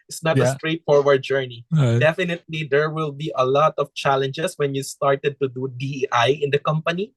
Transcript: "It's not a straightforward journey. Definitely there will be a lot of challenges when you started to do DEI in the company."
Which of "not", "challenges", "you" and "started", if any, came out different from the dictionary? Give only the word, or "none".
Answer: challenges